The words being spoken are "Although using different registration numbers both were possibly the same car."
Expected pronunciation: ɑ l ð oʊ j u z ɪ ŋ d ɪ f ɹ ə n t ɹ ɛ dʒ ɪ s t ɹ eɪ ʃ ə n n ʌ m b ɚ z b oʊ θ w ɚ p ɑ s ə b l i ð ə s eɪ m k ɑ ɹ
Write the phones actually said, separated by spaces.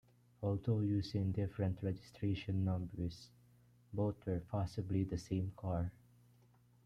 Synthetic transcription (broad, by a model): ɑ l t oʊ j u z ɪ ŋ d ɪ f ɹ ə n t ɹ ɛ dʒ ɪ s t ɹ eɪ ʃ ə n n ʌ m b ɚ s b oʊ t w ɚ p ɑ s ə b l i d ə s eɪ m k ɑ ɹ